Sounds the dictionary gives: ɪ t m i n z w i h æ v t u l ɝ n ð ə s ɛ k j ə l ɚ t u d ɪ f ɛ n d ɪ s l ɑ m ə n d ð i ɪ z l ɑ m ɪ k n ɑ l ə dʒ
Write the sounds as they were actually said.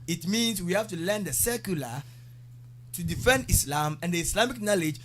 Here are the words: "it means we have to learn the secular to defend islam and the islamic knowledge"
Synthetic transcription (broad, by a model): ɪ t m i n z w i h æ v t u l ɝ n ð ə s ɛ k j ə l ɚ t u d ɪ f ɛ n d ɪ s l ɑ m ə n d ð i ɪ s l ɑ m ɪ k n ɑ l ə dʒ